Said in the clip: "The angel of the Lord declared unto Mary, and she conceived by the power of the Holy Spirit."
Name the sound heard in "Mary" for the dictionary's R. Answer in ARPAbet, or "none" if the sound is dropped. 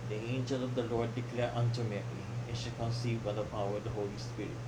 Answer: L